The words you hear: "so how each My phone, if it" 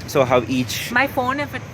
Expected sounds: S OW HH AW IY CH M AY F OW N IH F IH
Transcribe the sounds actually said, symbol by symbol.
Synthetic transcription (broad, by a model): S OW HH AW IY CH M AY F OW N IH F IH